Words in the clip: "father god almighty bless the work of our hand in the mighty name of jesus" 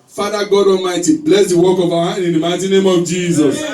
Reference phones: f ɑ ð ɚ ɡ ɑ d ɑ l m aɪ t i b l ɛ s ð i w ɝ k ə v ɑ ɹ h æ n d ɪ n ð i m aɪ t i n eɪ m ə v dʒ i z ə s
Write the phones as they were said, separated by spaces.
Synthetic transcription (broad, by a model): f ɑ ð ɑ ɡ ɑ d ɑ m aɪ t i b l ɛ s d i w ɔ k ə v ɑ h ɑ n ɪ n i m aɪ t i n eɪ m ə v dʒ i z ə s